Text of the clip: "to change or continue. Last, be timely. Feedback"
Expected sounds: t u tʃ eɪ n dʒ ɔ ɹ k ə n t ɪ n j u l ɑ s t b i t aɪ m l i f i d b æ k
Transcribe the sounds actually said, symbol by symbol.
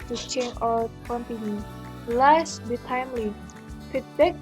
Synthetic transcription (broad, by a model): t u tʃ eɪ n ɔ l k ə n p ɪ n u l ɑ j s b i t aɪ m l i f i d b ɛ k